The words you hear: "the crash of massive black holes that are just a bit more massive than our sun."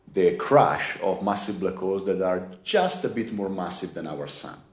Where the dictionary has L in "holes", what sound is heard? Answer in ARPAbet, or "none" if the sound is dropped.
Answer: none